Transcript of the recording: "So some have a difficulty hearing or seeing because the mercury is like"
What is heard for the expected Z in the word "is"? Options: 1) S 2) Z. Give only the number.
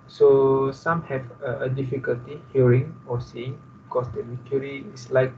1